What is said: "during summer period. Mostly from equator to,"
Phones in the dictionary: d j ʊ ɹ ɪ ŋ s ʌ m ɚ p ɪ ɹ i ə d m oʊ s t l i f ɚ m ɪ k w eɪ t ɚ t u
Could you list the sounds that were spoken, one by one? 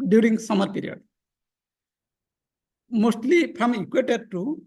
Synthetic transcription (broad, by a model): d j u ɹ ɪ ŋ s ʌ m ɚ p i ɹ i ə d m oʊ s t l i p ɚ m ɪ k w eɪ t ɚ t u